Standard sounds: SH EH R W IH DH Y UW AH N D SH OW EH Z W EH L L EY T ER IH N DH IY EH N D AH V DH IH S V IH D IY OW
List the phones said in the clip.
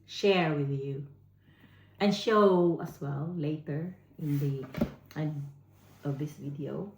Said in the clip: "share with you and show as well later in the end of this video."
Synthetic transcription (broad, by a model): SH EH R W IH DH Y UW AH N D SH OW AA S W EH L L EY T ER IH N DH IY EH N AH V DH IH S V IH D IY OW